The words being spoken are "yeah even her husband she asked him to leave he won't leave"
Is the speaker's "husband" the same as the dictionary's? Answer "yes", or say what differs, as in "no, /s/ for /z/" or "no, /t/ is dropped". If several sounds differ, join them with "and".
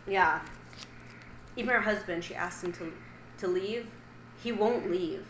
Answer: yes